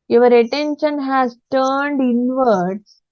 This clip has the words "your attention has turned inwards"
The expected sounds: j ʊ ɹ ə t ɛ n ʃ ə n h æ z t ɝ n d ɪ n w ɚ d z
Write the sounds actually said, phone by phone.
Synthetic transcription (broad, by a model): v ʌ ɹ ə t ɛ n ʃ ə n h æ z t ɝ n d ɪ n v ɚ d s